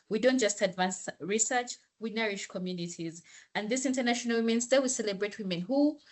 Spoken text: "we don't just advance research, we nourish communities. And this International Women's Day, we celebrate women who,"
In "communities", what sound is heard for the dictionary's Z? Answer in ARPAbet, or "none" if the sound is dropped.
Z